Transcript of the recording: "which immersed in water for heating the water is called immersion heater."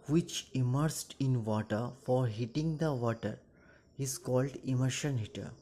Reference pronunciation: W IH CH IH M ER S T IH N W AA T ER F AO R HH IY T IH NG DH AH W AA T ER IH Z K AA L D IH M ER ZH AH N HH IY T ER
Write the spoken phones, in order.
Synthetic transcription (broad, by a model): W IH CH IH M ER S T IH N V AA T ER F AO R HH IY T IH NG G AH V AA T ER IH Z K AA L D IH M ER SH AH N HH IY T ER